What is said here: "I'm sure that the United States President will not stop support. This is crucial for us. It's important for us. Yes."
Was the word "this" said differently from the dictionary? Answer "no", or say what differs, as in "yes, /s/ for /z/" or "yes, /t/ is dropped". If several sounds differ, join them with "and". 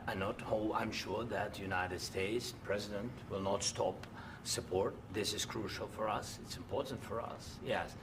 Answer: no